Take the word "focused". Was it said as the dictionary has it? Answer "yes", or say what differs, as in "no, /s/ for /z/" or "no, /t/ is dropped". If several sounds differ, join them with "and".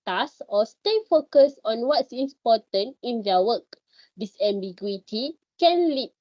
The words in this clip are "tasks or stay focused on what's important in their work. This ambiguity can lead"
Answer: no, /t/ is dropped